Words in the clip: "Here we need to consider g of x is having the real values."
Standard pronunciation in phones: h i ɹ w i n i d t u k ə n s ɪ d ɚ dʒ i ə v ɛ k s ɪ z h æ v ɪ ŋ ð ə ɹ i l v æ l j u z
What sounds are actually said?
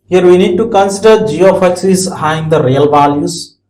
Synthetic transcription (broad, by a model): h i ɹ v i n i d t u k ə n s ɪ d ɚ dʒ i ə f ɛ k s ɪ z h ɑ ɪ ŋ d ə ɹ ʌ l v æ l j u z